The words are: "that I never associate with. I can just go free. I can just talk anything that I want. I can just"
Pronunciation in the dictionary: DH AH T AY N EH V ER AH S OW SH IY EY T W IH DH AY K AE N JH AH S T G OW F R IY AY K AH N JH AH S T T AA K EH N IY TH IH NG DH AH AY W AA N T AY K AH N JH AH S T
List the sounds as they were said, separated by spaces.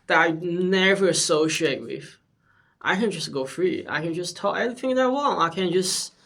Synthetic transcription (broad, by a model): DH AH T AY N EH V ER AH S OW SH IY EY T W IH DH AY K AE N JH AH S G OW F R IY AY K AH N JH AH S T T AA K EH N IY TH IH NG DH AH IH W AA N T AY K AH N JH AH S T